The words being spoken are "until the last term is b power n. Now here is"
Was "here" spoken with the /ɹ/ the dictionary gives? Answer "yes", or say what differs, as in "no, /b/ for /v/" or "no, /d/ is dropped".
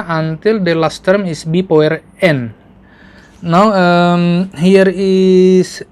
yes